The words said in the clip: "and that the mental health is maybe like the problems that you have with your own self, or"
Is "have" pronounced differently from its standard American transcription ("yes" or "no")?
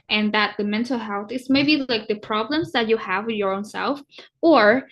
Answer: no